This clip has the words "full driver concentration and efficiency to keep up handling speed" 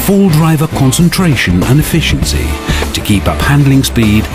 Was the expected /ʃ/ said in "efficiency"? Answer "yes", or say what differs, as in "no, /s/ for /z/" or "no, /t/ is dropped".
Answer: yes